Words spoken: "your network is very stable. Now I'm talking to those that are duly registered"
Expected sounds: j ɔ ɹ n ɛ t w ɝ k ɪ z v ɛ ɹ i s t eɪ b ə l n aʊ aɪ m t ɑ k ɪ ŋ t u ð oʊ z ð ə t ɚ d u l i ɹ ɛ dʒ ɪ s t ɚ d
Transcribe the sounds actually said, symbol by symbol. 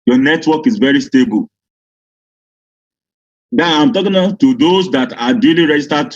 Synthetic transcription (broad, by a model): j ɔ n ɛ t w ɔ k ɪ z v ɛ ɹ i s t eɪ b ə l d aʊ aɪ m t ɑ k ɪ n t u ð oʊ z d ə t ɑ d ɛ l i ɹ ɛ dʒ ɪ s t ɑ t